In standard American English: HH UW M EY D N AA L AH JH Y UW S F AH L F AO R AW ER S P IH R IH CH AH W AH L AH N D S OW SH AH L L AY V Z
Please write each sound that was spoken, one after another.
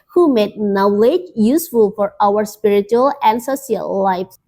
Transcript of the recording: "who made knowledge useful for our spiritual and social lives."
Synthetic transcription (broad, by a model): HH UW M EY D N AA L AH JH Y UW S F AH L F AO R AW ER S P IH R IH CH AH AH L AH N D S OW S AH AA L AY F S